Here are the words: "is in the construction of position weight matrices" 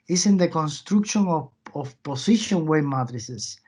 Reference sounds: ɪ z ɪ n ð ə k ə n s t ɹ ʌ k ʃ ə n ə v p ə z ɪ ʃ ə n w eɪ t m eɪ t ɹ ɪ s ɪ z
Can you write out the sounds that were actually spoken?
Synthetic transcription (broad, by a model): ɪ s ɪ n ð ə k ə n s t ɹ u k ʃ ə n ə f p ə s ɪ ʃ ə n w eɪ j m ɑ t ɹ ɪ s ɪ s